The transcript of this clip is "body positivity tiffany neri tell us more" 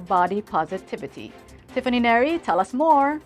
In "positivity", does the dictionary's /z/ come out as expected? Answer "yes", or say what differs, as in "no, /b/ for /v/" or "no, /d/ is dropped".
yes